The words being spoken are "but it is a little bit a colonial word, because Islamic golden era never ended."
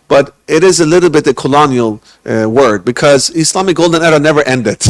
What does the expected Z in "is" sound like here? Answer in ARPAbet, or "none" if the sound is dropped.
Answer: Z